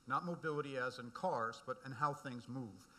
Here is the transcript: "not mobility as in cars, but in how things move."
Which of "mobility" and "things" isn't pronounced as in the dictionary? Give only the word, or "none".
none